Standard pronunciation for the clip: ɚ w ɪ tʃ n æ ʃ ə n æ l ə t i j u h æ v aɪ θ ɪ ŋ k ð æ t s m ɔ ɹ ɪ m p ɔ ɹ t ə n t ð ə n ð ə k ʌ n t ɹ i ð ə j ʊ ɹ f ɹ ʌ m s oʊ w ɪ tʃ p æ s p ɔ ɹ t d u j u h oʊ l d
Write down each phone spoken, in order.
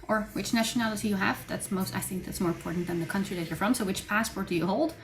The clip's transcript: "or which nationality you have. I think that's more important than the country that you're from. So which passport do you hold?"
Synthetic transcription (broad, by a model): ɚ w ɪ tʃ n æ ʃ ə n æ l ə t i j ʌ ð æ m aɪ θ ɪ ŋ k ð æ t s m ɔ ɹ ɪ m p ɔ ɹ t n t ð ə n ð ə k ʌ n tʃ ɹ i ð ə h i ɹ f ɹ ʌ m s oʊ w ɪ tʃ p æ s p ɔ ɹ t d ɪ j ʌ h oʊ l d